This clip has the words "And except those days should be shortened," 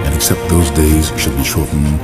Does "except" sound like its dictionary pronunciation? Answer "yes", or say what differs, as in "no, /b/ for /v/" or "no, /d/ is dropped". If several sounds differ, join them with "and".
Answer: yes